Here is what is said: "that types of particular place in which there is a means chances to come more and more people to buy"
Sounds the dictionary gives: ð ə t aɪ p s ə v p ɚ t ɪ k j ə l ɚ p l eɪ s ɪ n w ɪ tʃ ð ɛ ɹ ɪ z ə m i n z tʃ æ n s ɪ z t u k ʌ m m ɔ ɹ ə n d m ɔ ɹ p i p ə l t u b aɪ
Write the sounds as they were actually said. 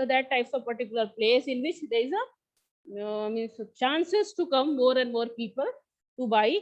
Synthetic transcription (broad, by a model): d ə t aɪ p s ə v p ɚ t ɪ k j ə l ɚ p l eɪ s ɪ n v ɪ tʃ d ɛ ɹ ɪ z ə m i n s tʃ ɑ n s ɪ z t u k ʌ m m ɔ ɹ ə n d m ɔ ɹ p i p ə l t u b aɪ